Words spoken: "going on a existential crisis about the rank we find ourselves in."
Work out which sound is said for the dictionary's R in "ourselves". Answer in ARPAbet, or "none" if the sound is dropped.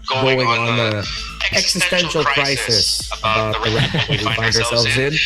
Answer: R